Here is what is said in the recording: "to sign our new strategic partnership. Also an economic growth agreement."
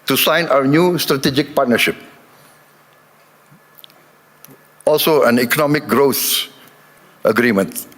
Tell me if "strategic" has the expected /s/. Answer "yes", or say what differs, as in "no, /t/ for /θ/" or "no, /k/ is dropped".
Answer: yes